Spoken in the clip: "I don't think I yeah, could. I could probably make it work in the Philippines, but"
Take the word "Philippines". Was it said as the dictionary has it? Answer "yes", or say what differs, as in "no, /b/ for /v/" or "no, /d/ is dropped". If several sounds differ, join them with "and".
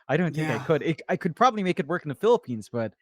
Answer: yes